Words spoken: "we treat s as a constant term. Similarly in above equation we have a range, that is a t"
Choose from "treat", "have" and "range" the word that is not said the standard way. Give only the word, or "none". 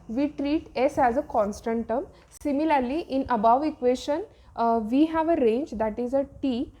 none